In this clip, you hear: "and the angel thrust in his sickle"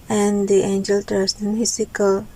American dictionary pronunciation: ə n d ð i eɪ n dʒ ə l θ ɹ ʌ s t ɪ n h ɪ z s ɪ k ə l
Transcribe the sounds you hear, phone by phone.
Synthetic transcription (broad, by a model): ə n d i eɪ n dʒ ə l t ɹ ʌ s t ɪ n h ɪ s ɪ k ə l